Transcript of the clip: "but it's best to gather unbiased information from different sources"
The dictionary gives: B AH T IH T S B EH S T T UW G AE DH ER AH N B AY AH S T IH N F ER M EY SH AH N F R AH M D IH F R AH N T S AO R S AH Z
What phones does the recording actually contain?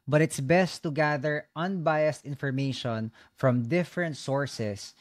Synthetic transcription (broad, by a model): B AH T IH T S B EH S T T UW G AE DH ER AH N B AY AH S T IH N F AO M EY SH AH N F R AH M D IH F R AH N T S AO R S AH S